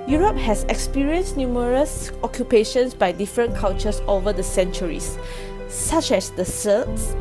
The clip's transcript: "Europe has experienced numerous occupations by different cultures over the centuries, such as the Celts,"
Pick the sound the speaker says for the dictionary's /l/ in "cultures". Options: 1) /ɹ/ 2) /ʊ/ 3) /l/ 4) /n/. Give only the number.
4